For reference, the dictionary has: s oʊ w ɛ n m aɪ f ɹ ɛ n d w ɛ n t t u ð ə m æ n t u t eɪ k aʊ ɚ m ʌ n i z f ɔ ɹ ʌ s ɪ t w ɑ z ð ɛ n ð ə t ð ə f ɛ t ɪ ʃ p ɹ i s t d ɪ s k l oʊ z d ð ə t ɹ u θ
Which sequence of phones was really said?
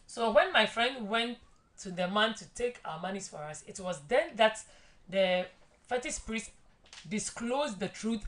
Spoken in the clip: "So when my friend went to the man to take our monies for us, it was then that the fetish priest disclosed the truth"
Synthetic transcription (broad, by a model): s oʊ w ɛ n m aɪ f ɹ ɛ n d w ɛ n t t u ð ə m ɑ n t u t eɪ k aʊ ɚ m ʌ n i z f ɔ ɹ ʌ s ɪ t w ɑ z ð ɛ n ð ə t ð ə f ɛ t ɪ s p ɹ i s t d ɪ s k l oʊ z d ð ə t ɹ u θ